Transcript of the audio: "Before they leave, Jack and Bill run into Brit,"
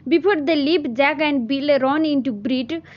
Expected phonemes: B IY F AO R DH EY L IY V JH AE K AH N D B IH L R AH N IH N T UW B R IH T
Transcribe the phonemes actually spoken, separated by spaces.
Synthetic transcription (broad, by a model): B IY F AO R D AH L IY P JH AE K AH N D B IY L R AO N IH N T UW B R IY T